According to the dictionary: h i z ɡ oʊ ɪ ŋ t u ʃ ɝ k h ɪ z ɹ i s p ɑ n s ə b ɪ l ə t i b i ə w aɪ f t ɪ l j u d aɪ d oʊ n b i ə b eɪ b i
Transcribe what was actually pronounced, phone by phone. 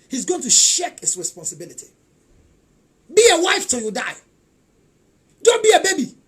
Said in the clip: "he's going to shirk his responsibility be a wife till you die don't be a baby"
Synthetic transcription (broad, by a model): h i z ɡ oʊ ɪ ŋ t u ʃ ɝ k h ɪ s ɹ i s p ɑ n s ə b ɪ l ə t i b i ə w aɪ f t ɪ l j u d aɪ d oʊ n b i ə b eɪ b i